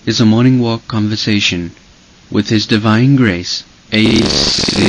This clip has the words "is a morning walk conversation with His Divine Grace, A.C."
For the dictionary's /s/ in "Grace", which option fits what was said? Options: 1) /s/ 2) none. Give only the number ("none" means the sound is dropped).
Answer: 2